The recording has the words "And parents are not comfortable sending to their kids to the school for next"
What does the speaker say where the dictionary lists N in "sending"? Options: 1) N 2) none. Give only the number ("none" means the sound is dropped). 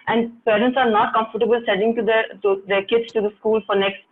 2